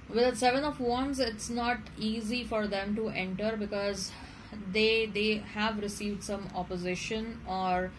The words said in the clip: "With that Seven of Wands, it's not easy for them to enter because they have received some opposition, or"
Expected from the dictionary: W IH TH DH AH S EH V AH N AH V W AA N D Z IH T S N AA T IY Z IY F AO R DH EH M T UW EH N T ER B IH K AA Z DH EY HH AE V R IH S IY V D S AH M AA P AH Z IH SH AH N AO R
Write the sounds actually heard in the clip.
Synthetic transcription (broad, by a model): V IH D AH S EH V AH N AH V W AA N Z IH T S N AA T IY Z IY F AO R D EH M T UW EH N T ER B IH K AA Z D EY HH AE V R IH S IY V D S AH M AA P AH Z IH SH AH N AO R